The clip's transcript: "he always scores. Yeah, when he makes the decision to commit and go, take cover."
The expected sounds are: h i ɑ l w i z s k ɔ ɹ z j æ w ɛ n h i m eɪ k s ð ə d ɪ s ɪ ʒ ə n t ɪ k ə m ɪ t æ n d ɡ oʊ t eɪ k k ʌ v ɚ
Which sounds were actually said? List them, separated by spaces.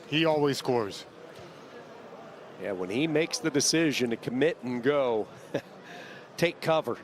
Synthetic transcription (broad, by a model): h i ɑ l w i z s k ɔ ɹ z j æ w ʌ n i m eɪ k s ð ə d ɪ s ɪ ʒ ə n t ɪ k ə m ɪ t n ɡ oʊ t eɪ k k ʌ v ɚ